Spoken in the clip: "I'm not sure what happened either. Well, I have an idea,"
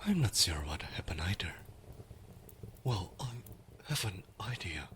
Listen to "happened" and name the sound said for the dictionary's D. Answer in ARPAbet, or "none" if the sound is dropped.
none